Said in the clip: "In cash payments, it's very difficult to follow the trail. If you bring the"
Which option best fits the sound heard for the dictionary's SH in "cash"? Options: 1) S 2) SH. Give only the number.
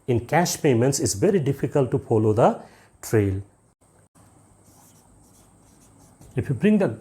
2